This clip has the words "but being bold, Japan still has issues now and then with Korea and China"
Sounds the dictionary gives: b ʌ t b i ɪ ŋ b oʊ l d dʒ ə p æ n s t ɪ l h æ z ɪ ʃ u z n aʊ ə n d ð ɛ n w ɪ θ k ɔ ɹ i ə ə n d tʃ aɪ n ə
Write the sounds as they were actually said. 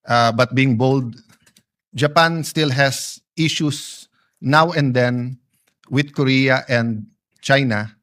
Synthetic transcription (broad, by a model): b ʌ t b i ɪ ŋ b oʊ l d dʒ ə p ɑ n s t ɪ l h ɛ s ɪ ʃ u s n aʊ ə n d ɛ n w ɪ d k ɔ ɹ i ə ə n d tʃ aɪ n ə